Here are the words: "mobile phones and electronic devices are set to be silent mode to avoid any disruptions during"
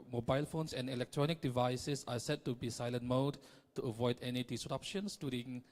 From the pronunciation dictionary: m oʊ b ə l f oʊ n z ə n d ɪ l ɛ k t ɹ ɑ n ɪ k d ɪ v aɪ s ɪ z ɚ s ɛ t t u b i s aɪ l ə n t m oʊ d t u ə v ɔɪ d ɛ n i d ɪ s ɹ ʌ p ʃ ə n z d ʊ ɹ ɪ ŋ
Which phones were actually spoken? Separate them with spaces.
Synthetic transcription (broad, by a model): m oʊ b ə l f oʊ n s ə n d ɪ l ɛ k t ɹ ɑ n ɪ k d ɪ v aɪ s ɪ s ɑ s ɛ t t u b i s aɪ l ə n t m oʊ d t u ə v ɔɪ d ɛ n i d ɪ s ɹ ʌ p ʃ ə n s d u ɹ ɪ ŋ